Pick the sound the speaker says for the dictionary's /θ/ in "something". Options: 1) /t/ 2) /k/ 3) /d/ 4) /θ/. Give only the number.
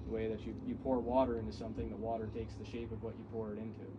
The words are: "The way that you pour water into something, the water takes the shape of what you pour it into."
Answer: 4